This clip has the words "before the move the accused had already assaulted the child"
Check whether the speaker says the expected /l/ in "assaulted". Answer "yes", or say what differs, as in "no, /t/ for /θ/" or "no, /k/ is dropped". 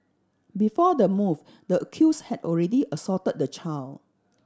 no, /l/ is dropped